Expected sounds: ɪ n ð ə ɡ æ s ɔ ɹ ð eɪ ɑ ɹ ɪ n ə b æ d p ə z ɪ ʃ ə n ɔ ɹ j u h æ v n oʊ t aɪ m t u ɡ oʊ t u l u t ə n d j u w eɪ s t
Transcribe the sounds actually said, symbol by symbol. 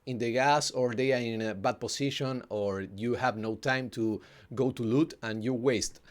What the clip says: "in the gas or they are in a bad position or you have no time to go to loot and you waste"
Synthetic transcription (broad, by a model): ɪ n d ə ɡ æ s ɔ ɹ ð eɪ ɑ ɹ ɪ n b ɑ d p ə s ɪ ʃ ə n ɔ ɹ j u h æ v n oʊ t aɪ m t u ɡ oʊ t u l u t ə n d j u w eɪ s t